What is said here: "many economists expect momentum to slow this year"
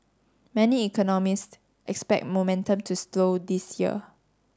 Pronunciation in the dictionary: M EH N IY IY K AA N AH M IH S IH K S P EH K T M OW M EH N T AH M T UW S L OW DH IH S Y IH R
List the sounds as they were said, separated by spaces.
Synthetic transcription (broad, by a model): M EH N IY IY K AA N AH M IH S IH K S P EH K T M OW M EH N T AH M T UW S L OW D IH S Y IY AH